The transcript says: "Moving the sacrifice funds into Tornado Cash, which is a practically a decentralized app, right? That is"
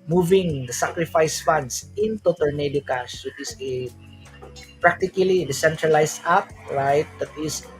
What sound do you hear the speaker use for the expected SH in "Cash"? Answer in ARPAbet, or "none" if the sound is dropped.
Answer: S